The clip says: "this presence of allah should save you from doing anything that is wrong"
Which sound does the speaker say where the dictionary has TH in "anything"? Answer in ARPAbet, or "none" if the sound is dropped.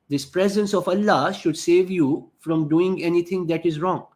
T